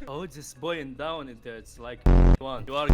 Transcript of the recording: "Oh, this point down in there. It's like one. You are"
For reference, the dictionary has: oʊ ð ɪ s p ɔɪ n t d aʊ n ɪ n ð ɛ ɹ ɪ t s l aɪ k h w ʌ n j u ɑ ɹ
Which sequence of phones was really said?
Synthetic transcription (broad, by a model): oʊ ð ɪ s b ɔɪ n d aʊ n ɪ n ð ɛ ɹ ɪ t s l aɪ k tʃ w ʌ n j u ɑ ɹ